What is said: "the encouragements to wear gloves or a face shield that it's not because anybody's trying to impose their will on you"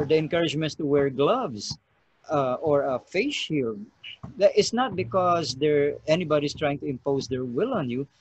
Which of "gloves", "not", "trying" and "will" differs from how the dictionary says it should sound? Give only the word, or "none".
gloves